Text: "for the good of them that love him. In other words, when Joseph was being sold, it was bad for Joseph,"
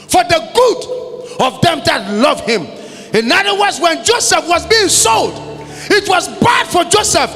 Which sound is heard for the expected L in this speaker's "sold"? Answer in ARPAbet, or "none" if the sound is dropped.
L